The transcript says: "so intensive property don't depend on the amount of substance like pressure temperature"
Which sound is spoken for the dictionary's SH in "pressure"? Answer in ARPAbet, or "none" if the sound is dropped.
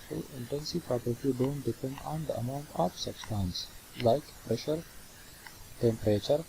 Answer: SH